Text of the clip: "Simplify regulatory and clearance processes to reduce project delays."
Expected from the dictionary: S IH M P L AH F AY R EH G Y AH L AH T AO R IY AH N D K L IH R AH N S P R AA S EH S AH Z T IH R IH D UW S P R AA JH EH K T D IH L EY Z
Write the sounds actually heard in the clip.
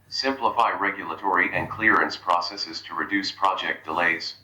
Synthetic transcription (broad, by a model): S IH M P L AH F AY R EH G Y AH L AH T AO R IY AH N K L IH R AH N S P R AA S EH S AH Z T IH R IH D UW S P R AA JH EH K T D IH L EY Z